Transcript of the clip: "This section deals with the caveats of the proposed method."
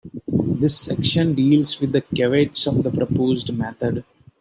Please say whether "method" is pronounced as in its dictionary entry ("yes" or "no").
no